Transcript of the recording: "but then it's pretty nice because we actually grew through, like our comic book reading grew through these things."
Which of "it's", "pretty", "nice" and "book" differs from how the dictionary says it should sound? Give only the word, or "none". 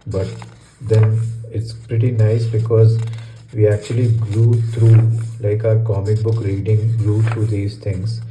none